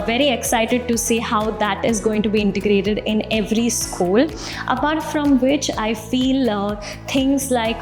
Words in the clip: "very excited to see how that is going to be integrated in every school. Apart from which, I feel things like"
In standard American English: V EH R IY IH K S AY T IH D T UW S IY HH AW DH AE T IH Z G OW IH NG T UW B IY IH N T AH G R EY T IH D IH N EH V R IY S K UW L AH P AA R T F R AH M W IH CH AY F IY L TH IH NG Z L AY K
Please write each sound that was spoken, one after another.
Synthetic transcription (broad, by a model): V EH R IY IH K S AY T IH D T UW S IY HH AW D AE T IH Z G OW IH NG T UW B IY IH N T AH G R EY T IH D IH N EH V R IY S K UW L AH P AA R T F R AH M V IH CH AY F IY L T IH NG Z L AY K